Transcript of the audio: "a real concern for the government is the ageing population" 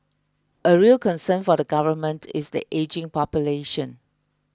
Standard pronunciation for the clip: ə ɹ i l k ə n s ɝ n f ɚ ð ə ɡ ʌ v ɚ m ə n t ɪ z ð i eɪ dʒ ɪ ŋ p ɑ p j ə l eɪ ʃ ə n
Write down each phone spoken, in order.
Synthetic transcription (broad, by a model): ə ɹ i l k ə n s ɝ n f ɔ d ə ɡ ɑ v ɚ m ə n t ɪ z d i eɪ dʒ ɪ ŋ p ɑ p j ə l eɪ ʃ ə n